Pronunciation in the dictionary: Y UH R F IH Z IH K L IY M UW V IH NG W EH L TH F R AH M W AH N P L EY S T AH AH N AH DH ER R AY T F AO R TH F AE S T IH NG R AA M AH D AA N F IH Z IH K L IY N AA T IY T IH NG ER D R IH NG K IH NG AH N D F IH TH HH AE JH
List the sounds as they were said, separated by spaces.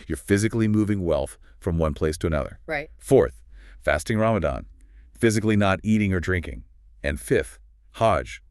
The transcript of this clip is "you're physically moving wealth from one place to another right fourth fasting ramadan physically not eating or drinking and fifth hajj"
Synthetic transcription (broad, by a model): Y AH R F IH Z IH K L IY M UW V IH NG W EH L TH F R AH M W AH N P L EY S T AH AH N AH DH ER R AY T F AO R TH F AE S T IH NG R AA M AH D AA N F IH Z IH K L IY N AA T IY T IH NG ER D R IH NG K IH NG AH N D F IH TH HH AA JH